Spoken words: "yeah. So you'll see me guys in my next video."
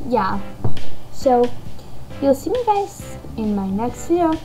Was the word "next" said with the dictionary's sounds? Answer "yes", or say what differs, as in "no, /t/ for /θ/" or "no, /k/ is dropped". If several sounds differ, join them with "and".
yes